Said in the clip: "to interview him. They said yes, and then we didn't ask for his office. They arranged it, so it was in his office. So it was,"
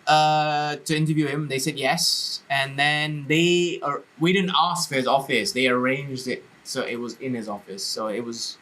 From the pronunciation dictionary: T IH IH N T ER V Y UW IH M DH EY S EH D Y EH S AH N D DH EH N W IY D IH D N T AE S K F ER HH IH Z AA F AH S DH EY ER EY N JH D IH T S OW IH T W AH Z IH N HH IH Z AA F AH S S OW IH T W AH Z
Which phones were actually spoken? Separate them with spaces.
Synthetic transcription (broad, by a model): T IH IH N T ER V Y UW IH M DH EY S EH D Y EH S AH N DH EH N W IY D IH D N T AE S K F ER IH Z AA F AH S DH EY ER EY N JH D IH T S OW IH T W AH Z IH N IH Z AA F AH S S OW IH T W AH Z